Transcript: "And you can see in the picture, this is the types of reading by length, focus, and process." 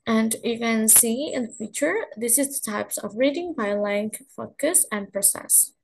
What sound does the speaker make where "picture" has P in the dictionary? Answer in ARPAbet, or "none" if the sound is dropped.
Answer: F